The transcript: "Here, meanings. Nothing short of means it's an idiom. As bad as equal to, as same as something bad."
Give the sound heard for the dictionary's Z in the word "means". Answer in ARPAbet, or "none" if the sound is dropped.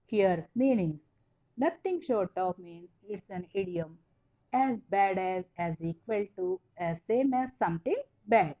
none